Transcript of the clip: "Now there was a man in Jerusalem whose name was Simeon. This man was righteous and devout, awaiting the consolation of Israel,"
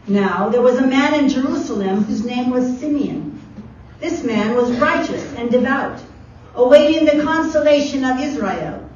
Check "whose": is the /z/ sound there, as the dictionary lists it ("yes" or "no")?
yes